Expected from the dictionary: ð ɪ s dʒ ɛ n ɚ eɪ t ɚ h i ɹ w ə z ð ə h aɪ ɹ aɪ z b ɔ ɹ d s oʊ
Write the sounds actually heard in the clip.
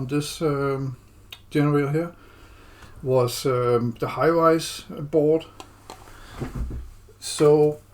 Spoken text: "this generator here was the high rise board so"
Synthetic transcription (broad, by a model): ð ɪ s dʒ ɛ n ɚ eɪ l h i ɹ w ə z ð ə h aɪ w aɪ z b ɔ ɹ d s oʊ